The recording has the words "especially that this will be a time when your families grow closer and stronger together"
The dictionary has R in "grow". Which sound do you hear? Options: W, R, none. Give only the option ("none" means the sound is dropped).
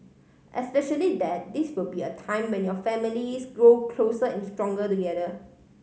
R